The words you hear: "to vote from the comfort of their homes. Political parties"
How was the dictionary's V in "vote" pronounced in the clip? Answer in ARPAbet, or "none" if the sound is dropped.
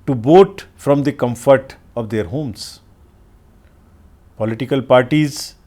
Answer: B